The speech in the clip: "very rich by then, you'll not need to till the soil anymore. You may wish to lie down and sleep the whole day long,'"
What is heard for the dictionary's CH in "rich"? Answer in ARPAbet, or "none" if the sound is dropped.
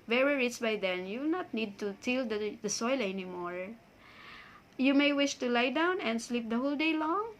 S